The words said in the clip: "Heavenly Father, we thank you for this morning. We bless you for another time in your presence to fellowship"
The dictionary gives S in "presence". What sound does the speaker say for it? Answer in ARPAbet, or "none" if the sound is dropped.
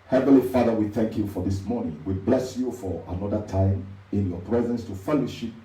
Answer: S